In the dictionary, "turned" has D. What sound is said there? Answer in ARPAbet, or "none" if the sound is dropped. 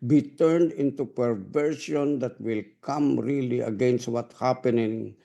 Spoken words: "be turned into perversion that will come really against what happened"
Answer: D